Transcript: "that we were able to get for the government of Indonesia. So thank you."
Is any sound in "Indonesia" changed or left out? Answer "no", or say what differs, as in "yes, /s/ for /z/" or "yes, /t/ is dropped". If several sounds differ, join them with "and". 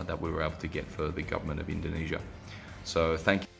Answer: no